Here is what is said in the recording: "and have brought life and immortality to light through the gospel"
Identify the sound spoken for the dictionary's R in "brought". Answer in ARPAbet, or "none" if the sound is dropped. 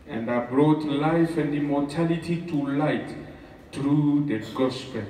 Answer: R